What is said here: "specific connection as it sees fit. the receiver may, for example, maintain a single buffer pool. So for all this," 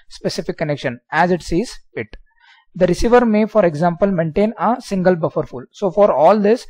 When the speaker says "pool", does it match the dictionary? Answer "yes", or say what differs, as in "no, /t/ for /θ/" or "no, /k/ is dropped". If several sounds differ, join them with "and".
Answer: no, /f/ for /p/